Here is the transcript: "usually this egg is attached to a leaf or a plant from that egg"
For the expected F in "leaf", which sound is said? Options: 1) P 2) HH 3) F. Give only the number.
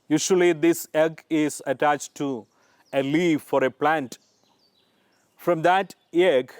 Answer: 3